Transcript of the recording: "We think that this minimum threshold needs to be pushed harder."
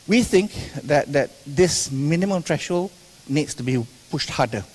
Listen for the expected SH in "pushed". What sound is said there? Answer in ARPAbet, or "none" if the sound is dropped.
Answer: SH